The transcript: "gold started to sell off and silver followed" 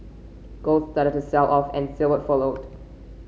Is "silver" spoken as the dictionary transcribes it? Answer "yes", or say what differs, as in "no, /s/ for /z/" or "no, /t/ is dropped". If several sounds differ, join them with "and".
no, /w/ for /v/